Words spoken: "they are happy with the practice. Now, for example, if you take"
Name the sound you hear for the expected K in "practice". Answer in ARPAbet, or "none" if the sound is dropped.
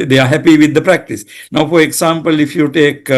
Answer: K